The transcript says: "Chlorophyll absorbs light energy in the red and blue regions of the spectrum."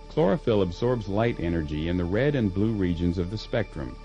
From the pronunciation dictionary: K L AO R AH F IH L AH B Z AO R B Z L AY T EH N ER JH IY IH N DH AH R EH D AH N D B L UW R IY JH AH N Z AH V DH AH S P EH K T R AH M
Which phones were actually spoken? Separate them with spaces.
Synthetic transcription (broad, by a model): K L AO R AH F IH L AH B Z AO R B Z L AY T EH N ER JH IY IH N DH AH R EH D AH N B L UW R IY JH AH N Z AH V DH AH S P EH K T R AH M